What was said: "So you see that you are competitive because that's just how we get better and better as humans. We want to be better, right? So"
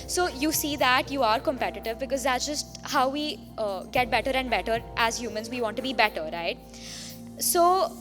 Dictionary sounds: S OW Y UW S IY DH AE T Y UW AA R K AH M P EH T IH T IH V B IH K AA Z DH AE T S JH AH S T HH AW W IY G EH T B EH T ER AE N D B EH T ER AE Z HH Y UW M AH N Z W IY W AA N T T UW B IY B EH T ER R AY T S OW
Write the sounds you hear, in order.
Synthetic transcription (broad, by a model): S OW Y UW S IY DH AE T Y UW AA R K AH M P EH T IH T IH V B IH K AA Z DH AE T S JH AH S T HH AW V IY G EH T B EH T ER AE N D B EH T ER AE Z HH Y UW M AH N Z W IY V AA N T T UW B IY B EH T ER R AY T S OW